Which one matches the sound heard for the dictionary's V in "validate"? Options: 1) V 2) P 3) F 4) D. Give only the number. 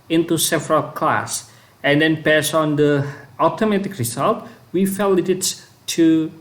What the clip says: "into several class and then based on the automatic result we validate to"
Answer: 3